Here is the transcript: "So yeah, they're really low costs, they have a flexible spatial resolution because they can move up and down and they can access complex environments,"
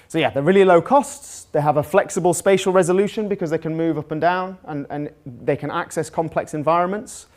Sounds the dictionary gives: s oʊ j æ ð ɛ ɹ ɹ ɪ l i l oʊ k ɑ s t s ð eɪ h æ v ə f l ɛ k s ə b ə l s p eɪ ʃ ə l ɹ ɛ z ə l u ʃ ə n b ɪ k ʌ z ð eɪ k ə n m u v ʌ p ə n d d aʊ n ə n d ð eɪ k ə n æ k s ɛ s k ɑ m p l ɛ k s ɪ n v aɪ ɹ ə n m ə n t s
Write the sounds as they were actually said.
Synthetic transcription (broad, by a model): s oʊ j æ ð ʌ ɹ ɹ ɪ l i l oʊ k ɑ s t s ð eɪ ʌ v ə f l ɛ k s ə b ə l s p eɪ ʃ ə l ɹ ɛ z ə l u ʃ ə n b ɪ k ʌ z ð eɪ k ə n m u v ʌ p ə n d d aʊ n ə n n ð eɪ k ə n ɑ k s ɛ s k ɑ m p l ɛ k s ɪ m v aɪ ɹ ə n m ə n t s